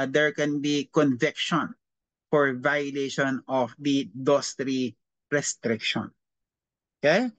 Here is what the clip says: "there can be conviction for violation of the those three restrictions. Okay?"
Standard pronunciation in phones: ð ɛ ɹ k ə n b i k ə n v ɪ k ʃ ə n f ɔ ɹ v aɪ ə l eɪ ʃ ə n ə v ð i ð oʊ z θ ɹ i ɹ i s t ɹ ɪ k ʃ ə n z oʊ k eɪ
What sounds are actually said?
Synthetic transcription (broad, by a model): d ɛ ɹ k ə n b i k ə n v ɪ k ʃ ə n f ɔ ɹ v aɪ ə l eɪ ʃ ə n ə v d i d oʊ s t ɹ i ɹ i s t ɹ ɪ k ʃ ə n oʊ k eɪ